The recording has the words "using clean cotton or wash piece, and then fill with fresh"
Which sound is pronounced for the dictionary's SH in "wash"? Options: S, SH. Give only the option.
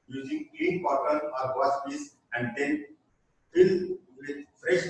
S